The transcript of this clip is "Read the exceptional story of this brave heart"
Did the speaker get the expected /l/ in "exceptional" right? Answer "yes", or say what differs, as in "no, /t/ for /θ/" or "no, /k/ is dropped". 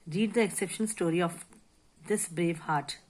no, /n/ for /l/